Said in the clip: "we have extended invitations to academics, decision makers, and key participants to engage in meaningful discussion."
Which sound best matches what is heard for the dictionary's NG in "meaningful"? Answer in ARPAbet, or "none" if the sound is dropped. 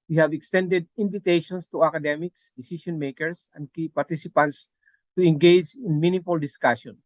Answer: none